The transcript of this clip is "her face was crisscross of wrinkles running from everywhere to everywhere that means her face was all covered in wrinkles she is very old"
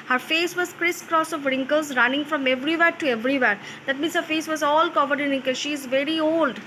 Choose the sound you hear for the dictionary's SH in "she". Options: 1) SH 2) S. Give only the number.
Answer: 1